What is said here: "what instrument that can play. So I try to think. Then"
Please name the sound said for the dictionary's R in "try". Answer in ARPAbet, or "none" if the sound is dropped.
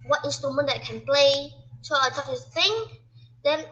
none